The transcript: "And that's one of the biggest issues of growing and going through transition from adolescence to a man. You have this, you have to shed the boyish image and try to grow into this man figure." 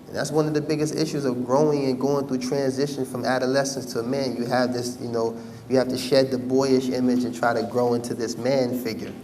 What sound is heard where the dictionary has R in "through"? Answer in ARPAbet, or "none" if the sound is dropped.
R